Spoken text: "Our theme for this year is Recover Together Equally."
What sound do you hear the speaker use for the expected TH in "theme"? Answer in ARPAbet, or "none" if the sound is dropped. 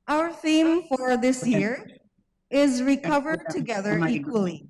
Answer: TH